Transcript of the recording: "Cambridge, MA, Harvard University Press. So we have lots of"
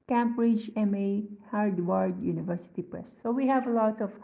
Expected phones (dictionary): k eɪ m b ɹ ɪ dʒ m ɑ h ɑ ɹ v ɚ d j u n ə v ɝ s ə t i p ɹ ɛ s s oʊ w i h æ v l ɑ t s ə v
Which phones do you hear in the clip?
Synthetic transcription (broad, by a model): k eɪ m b ɹ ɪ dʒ m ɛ h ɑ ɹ w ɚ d j u n ə v ɝ s ə t i p ɹ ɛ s s oʊ w i h æ v l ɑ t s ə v